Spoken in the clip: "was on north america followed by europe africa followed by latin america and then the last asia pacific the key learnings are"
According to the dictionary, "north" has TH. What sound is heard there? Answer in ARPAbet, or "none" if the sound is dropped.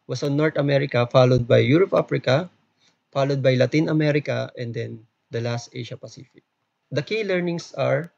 T